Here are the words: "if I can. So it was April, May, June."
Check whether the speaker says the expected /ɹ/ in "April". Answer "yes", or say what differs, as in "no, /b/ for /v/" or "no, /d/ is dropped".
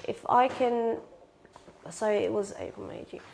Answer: no, /ɹ/ is dropped